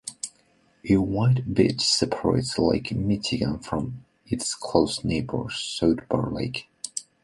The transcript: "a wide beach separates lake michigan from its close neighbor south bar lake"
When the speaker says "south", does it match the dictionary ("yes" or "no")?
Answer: no